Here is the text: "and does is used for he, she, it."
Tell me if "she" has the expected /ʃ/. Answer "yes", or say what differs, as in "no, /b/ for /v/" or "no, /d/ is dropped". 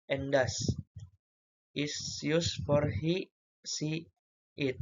no, /s/ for /ʃ/